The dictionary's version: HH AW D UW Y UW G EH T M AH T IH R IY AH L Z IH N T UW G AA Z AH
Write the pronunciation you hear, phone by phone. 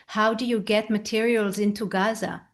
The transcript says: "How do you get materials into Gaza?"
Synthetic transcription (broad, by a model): HH AW D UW Y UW G EH T M AH T IH R IY AH L Z IH N T UW G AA Z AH